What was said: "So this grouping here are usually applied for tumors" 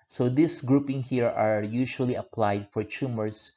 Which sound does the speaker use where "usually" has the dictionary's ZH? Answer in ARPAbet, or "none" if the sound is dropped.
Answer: SH